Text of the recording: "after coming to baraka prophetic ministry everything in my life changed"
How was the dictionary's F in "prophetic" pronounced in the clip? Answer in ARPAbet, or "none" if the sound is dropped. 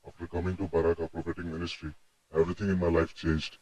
P